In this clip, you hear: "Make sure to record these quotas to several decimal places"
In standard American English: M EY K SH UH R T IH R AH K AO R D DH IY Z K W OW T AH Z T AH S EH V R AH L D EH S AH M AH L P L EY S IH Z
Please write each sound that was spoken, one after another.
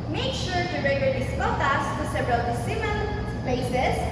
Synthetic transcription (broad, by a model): M EY K SH UH R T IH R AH IH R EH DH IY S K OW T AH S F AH S EH V R AH L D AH S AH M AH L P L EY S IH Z